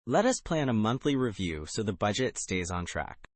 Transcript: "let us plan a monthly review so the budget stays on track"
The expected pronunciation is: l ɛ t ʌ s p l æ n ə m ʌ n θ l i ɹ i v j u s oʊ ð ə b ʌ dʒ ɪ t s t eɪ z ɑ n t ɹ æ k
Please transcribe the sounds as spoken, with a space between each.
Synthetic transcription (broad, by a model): l ɛ t ʌ s p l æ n ə m ʌ n θ l i ɹ i v j u s oʊ ð ə b ʌ dʒ ɪ t s t eɪ z n t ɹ æ k